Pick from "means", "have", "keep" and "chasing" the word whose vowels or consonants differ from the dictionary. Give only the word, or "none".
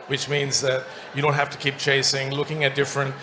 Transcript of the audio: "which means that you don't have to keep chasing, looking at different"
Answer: have